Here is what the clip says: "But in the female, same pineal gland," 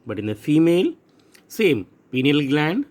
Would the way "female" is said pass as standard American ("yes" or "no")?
yes